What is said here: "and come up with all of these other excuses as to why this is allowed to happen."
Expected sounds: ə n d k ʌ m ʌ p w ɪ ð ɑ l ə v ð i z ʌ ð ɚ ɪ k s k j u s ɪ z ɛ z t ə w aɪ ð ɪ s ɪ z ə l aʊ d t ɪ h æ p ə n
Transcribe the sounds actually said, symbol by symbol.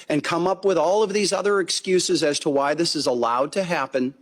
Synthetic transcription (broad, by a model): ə n k ʌ m ʌ p w ɪ ð ɑ l ə v ð i z ʌ ð ɚ ɪ k s k j u s ɪ z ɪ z t ə w aɪ ð ɪ s ɪ z ə l aʊ d t ɪ h æ p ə n